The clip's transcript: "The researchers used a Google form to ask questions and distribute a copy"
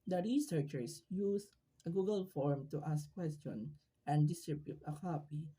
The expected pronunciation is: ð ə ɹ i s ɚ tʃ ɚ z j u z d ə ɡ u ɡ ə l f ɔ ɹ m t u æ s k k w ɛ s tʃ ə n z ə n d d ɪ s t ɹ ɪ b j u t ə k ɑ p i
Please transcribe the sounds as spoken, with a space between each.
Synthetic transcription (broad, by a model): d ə ɹ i s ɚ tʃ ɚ s j u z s ə ɡ u ɡ ə l f ɔ ɹ m t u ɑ s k k w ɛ s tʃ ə n ə n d d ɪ s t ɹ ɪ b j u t ə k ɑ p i